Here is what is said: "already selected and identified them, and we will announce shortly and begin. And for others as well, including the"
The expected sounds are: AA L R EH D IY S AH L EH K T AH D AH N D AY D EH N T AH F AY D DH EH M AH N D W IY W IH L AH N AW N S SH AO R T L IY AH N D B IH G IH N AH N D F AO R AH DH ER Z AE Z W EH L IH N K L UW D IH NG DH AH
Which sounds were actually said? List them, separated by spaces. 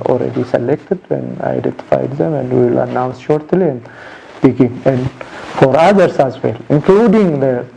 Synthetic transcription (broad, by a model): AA L R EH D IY S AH L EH K T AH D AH N AY D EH N T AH F AY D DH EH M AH N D W IY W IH L AH N AW N S SH AO R T L IY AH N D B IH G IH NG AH N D F AO R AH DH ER S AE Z W EH L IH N K L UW D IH NG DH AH